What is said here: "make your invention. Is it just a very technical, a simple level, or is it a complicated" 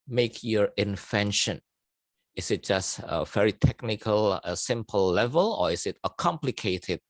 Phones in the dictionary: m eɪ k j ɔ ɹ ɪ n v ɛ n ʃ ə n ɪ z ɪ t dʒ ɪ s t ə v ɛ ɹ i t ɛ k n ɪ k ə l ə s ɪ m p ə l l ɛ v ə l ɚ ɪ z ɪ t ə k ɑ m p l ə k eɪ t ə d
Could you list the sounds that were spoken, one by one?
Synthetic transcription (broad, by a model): m eɪ k j ɔ ɹ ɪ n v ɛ n ʃ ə n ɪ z ɪ t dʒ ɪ s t ə v ɛ ɹ i t ɛ k n ɪ k ə l ə s ɪ m p ə l l ɛ v ə l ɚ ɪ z ɪ t ə k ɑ m p l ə k eɪ t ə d